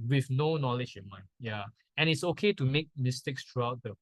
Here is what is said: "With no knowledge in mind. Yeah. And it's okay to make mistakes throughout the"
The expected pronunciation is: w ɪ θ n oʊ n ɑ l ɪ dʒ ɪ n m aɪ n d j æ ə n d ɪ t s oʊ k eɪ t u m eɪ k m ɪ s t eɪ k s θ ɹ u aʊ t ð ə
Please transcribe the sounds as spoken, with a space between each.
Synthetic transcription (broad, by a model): w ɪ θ n oʊ n ɑ l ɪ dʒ ɪ n m aɪ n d j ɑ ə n ɪ t s oʊ k eɪ t u m eɪ k m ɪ s t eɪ k s t ɹ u aʊ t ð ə